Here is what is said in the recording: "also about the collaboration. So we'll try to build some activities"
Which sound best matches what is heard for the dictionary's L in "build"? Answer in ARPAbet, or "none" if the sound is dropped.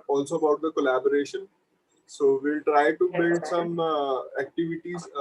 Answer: none